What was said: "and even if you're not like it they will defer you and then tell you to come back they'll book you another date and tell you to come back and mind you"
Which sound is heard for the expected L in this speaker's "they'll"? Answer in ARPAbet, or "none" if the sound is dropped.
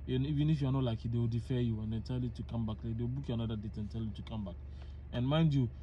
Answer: W